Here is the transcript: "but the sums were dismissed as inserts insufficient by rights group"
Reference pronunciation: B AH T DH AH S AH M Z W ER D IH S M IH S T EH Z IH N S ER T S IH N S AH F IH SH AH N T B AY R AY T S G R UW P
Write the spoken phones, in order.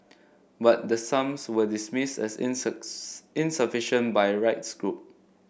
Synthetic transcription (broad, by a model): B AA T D AH S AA M S W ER D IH S M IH S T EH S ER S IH N S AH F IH SH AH N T B AY R AY T S G R UW P